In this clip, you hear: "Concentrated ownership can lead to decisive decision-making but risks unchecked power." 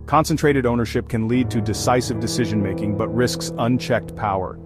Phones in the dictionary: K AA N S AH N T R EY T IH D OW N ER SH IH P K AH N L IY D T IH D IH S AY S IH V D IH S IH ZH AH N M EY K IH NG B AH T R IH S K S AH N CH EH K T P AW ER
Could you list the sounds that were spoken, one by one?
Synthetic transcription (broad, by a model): K AA N S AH N T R EY T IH D OW N ER SH IH P K AH N L IY D T IH D IH S AY S IH V D IH S IH ZH AH N M EY K IH NG B AH T R IH S K S AH N CH EH K T P AW ER